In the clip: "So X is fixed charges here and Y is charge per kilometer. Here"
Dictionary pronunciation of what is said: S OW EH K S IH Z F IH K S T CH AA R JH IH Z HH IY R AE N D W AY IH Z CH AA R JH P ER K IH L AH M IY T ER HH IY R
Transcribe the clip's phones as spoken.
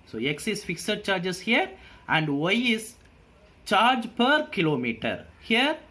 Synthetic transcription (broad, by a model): S OW EH K S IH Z F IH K S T CH AA R JH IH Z HH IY R AE N D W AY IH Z CH AA R JH P ER K IH L AH M IY T ER HH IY R